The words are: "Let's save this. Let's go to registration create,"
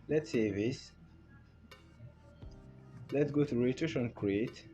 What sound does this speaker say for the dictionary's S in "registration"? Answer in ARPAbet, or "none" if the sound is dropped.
none